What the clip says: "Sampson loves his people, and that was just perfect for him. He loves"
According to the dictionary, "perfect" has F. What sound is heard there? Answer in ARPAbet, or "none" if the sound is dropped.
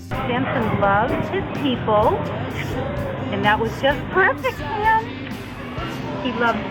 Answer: F